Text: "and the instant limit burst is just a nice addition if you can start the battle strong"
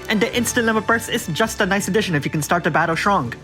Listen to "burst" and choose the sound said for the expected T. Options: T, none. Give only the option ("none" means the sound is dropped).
none